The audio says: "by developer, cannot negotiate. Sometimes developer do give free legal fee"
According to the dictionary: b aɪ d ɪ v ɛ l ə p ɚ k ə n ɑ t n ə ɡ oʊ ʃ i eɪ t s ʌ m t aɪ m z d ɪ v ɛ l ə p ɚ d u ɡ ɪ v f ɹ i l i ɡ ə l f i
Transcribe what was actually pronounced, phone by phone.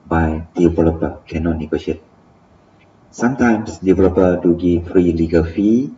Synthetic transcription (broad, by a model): b aɪ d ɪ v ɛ l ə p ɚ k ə n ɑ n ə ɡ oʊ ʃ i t s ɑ m t aɪ m s d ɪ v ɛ l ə p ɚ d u ɡ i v f ɹ i l i ɡ ə l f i